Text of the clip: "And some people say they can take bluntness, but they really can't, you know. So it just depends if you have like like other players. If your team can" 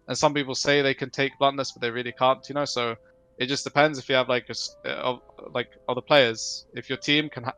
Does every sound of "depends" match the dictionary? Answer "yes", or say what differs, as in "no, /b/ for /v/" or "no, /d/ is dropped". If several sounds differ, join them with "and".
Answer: yes